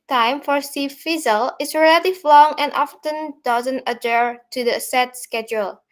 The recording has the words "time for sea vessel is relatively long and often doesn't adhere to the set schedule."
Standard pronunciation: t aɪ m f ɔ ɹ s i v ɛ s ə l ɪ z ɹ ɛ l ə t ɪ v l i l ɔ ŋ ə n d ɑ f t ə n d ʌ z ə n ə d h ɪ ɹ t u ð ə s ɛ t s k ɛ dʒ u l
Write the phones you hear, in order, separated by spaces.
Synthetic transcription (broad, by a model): t aɪ m f ɔ ɹ s i f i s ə l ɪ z ɹ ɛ l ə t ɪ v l l ɔ ŋ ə n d ɑ f t ə n d ʌ z ə n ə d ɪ ɹ t u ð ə s ɛ t s k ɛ dʒ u l